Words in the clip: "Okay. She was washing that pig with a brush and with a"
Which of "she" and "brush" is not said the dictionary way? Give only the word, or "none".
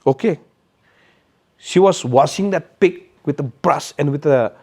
brush